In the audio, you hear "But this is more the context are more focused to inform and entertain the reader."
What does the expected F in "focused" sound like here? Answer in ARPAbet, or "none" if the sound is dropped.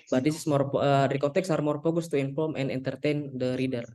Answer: P